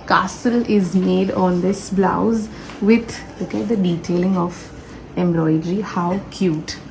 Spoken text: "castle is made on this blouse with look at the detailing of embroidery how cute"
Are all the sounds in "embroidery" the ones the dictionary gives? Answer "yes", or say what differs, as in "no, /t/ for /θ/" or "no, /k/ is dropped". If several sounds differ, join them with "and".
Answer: no, /l/ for /ɹ/